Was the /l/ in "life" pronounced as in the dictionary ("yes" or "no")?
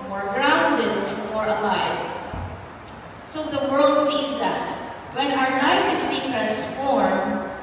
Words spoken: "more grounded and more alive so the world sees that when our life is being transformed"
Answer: no